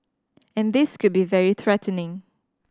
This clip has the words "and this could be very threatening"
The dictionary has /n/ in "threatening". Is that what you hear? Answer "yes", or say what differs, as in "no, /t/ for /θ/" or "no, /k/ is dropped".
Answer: yes